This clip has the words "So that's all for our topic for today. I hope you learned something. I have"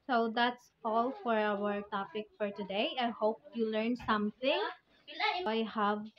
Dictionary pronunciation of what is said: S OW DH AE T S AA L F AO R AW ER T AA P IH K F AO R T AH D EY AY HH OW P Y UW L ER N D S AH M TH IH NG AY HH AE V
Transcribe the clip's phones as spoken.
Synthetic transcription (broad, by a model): S OW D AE T S AA L F AO R AW ER T AA P IH K F AO R T AH D EY AY HH OW P Y UW L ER N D S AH M T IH NG AY HH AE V